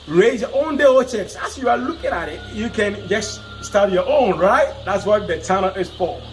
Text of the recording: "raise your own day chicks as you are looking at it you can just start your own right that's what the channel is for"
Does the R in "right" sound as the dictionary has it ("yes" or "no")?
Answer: yes